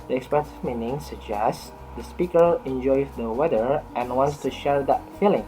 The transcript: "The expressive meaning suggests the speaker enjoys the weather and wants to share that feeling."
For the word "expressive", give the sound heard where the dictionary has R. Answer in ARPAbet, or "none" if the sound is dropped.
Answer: none